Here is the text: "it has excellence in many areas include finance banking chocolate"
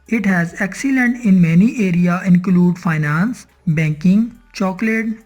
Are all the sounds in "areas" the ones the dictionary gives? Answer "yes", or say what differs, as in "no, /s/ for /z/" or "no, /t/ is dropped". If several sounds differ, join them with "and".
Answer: no, /z/ is dropped